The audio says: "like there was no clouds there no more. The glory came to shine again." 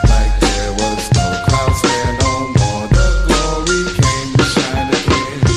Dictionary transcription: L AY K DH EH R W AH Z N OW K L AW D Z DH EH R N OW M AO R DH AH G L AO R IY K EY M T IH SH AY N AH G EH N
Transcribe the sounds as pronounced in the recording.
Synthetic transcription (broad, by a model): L AY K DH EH R W AH Z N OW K AW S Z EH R N OW M AO R DH AH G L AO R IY K EY M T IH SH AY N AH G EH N